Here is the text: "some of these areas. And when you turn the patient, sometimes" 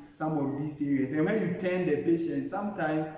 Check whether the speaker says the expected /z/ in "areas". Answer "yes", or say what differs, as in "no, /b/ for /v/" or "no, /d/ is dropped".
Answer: no, /s/ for /z/